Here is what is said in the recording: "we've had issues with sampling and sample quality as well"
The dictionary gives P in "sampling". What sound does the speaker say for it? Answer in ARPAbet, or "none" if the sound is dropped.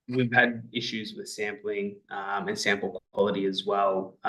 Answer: P